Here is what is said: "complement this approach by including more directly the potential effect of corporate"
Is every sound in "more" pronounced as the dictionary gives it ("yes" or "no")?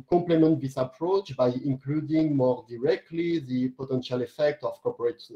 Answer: yes